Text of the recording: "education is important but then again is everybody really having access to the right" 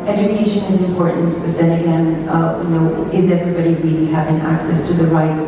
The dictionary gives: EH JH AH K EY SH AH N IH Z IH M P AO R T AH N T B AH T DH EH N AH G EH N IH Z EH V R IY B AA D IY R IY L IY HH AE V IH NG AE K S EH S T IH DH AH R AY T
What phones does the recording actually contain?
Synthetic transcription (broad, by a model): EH JH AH K EY SH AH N IH Z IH M P AO R T N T B AH T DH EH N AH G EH N IH Z EH V R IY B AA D IY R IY IY HH AE V IH NG AE K S EH S T IH DH AH R AY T